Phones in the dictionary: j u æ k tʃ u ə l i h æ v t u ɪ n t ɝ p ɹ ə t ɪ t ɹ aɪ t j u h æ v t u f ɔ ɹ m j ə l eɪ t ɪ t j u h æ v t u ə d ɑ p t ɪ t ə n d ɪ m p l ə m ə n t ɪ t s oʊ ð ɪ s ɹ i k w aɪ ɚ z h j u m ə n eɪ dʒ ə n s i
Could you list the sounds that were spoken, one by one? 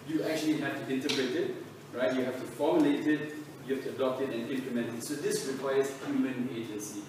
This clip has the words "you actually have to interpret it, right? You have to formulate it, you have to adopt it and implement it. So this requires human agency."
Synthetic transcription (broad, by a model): j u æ k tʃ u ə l i h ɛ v t u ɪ n t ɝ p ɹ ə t ɪ t ɹ aɪ t j u h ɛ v t u f ɔ m j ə l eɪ t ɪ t j u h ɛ f t u ə d ɑ p t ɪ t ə n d ɪ m p l ə m ə n t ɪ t s oʊ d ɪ s ɹ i k w aɪ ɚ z h j u m ə n eɪ dʒ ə n s i